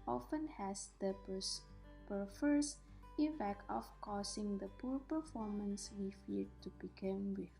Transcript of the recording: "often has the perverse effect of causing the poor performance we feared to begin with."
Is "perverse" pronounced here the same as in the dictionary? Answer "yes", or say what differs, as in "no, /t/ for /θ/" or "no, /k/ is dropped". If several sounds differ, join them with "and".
no, /f/ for /v/